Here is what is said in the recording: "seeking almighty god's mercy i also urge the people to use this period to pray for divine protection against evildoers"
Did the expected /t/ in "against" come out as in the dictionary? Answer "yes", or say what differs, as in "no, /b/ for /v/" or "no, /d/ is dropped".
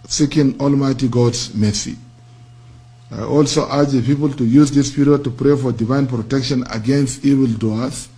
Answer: yes